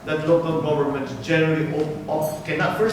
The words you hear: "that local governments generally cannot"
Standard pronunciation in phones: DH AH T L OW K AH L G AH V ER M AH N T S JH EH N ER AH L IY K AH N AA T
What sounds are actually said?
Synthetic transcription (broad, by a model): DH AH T L OW K AH L G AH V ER M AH N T JH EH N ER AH L IY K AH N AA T